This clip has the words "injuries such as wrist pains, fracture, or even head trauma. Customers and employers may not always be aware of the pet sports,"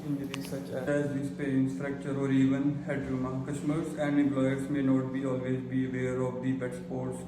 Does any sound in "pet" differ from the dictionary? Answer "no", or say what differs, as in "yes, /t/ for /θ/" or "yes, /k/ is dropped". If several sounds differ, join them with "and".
yes, /b/ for /p/